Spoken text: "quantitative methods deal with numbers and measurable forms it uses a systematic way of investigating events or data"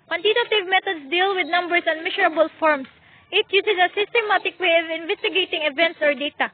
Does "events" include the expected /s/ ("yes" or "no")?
yes